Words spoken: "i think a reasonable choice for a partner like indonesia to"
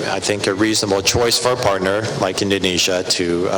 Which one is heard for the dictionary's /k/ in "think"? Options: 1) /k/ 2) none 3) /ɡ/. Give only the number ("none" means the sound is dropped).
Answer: 1